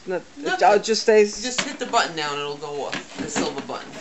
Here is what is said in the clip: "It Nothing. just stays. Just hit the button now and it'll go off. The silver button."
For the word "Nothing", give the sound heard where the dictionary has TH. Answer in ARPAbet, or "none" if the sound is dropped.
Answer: T